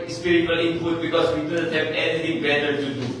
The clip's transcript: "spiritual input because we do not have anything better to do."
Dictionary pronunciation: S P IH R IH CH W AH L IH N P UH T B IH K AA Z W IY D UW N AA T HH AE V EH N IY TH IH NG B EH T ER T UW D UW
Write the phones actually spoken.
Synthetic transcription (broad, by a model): S P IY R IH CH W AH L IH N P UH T B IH K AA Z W IY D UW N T HH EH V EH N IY T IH NG B EH T ER T UW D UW